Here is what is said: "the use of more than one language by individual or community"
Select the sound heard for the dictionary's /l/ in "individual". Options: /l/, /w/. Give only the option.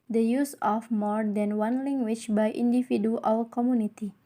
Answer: /w/